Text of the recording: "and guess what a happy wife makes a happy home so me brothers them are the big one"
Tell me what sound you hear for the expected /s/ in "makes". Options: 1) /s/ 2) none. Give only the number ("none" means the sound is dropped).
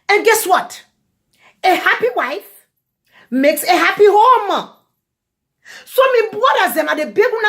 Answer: 1